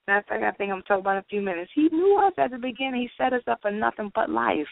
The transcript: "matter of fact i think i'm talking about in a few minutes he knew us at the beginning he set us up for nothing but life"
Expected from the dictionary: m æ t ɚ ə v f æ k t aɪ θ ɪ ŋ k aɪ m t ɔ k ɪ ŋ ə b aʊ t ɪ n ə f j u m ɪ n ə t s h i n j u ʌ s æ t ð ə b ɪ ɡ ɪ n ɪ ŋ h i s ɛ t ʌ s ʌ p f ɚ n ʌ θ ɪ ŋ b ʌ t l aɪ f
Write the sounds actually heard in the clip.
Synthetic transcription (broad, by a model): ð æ t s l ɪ k aɪ θ ɪ ŋ k aɪ m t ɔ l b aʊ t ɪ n ə f j u m ɪ n ə t s h i n j u ʌ s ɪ t ð ə b ɪ ɡ ɪ n ɪ ŋ h i s ɛ t ʌ s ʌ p f ɚ n ʌ θ ɪ ŋ b ʌ t l aɪ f